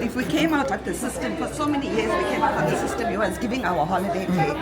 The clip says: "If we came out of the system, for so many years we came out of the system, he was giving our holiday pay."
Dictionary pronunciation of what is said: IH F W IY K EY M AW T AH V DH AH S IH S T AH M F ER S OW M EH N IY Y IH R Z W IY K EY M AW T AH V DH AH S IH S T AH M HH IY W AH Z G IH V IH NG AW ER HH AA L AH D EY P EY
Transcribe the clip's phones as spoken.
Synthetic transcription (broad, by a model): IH F W IY K EY M AW T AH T DH AH S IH S T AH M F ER S OW M EH N IY Y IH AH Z W IY K EY M AW T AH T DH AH S IH S T AH M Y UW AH S G IH V IH NG AW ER HH AA L AH D EY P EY